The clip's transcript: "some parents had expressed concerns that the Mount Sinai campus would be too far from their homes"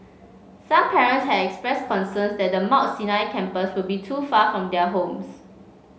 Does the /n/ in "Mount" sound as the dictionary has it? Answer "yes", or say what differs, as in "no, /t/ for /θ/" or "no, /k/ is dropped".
no, /n/ is dropped